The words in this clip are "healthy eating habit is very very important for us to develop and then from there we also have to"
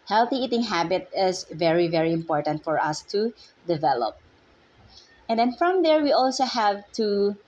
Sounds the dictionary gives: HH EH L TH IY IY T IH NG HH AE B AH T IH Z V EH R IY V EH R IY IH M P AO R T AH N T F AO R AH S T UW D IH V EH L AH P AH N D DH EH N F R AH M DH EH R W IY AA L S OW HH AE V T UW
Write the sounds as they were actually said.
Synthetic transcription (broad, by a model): HH EH L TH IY IY T IH NG HH AE B AH T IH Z V EH R IY V EH R IY IH M P AO R T AH N T F AO R AH S T UW D IH V EH L AH P AH N D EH N F R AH M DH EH R W IY AA L S OW HH AE V T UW